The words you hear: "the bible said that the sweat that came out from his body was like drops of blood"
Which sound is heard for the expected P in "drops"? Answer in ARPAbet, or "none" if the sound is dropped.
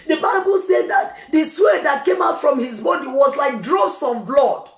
none